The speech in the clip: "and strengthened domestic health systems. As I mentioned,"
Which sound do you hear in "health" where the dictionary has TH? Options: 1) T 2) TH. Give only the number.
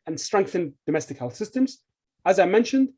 2